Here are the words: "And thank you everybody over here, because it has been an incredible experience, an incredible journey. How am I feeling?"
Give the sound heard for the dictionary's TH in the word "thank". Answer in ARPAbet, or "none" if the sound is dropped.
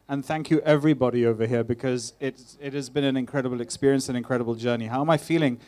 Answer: TH